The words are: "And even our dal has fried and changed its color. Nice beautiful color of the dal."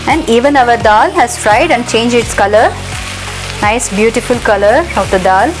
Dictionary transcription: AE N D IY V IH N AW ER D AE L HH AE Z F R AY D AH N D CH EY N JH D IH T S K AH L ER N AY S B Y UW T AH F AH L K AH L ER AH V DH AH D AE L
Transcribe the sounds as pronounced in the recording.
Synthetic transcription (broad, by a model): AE N D IY V IH N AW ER D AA L HH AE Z F R AY D AH N D CH EY N JH IH T S K AH L ER N AY S B Y UW T AH F AH L K AH L ER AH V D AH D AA L